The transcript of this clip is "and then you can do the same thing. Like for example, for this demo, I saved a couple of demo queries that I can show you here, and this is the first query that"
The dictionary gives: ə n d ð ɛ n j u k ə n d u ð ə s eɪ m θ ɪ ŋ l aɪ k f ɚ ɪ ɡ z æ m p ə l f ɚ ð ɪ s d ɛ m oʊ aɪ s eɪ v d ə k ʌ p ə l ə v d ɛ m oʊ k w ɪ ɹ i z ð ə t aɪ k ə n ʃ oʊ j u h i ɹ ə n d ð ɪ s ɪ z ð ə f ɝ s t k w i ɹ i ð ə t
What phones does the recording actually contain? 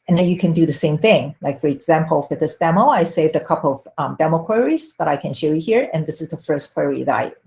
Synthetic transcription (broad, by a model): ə n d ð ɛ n j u k ə n d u ð ə s eɪ m θ ɪ ŋ l aɪ k f ɚ ɪ ɡ z æ m p ə l f ɚ ð ɪ s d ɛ m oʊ aɪ s eɪ v d ə k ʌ p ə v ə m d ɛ m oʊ k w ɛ ɹ i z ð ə t aɪ k ə n ʃ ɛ j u h i ɹ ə n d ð ɪ s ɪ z ð ə f ɝ s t k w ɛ ɹ i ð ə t